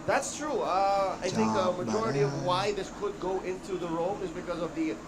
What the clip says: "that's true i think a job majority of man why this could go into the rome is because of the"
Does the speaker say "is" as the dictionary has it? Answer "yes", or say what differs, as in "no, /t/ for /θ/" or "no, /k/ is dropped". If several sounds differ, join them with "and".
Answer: yes